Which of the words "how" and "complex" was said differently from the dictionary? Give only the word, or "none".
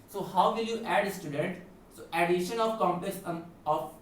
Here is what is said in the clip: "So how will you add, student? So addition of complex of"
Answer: complex